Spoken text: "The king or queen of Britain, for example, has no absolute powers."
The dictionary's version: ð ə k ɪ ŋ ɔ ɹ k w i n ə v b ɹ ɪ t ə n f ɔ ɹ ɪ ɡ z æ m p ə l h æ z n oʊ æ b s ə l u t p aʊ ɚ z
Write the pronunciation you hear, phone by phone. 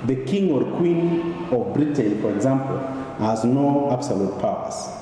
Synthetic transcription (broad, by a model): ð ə k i ŋ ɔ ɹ k w i n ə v b ɹ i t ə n f ɔ ɹ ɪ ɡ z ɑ m p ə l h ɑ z n oʊ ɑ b s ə l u t p aʊ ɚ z